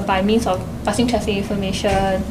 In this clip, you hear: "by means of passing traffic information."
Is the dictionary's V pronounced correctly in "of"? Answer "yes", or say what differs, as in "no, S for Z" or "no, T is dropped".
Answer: no, F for V